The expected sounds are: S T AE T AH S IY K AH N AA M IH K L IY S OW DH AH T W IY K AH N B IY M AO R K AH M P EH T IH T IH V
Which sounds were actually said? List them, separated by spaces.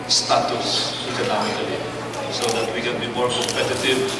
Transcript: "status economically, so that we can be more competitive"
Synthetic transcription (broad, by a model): S T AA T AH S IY K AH N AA M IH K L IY S OW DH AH T W IY K AH N B IY M AO R K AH M P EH T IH T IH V